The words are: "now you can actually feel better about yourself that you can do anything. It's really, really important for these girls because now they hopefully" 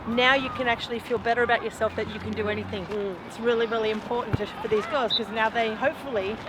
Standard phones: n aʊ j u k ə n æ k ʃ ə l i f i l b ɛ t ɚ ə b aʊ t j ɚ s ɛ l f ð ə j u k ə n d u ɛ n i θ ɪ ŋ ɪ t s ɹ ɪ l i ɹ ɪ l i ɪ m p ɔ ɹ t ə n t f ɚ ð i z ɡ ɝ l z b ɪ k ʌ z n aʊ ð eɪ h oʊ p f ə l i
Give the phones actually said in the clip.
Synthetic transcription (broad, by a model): n aʊ j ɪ k ə n æ k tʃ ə l i f i l b ɛ t ɚ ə b aʊ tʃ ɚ s ɛ l f ð ə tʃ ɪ k ə n d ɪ ɛ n i θ ɪ ŋ ɪ t s ɹ ɪ l i ɹ ɪ l i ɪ m p ɔ ɹ t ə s t f ɚ ð i z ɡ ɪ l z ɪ k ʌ z n aʊ ð eɪ h oʊ p f l i